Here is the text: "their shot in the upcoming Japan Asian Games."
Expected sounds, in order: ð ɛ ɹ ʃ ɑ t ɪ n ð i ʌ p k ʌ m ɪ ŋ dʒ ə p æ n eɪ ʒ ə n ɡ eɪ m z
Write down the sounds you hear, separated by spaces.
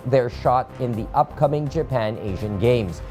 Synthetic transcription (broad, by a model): ð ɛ ɹ ʃ ɑ t ɪ n ð i ʌ p k ʌ m ɪ ŋ dʒ ə p æ n eɪ ʒ ə n ɡ eɪ m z